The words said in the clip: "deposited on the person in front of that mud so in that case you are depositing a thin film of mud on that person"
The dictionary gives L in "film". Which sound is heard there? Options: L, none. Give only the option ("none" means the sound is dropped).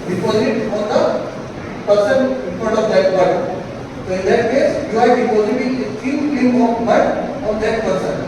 none